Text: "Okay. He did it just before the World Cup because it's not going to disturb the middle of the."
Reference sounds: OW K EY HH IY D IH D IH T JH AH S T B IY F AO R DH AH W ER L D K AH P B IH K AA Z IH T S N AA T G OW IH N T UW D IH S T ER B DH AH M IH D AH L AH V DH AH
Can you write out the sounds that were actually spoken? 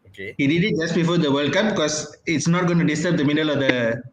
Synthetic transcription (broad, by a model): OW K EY HH IY D IH D IH T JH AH S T B IY F AO R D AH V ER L D K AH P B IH K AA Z IH T S N AA T G OW IH N T UW D IH S T ER B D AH M IH D AH L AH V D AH